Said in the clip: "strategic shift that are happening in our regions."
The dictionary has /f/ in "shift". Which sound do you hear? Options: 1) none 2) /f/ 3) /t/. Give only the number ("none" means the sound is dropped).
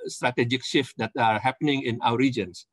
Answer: 2